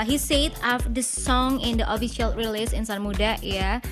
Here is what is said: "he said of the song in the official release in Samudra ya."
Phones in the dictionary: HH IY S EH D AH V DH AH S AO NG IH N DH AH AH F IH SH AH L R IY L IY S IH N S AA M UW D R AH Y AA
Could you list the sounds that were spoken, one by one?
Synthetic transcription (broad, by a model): HH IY S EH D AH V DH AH S AO NG IH N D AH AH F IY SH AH L R IY L IY S IH N S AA M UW D AH Y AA